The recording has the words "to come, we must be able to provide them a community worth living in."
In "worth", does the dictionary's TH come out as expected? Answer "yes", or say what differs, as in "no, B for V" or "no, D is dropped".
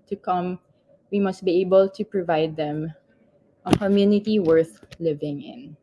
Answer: yes